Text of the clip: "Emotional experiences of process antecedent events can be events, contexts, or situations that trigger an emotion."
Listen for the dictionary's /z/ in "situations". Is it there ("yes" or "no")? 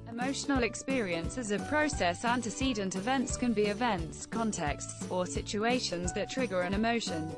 yes